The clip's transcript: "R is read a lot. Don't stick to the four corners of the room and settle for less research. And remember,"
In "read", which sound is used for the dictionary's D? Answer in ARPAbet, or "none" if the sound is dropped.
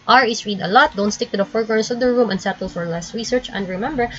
D